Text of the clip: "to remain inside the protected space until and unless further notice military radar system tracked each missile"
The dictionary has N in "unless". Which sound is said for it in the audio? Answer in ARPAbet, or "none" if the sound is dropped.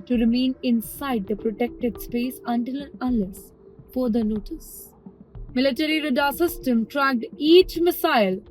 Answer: none